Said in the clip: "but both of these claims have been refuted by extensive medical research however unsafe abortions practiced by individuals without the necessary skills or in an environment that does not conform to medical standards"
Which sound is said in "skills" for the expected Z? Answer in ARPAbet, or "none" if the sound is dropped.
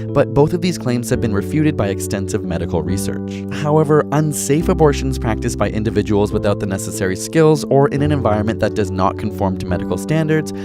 Z